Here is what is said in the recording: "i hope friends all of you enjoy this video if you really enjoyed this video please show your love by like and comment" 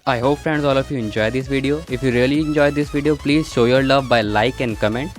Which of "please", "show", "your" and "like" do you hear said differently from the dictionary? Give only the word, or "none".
none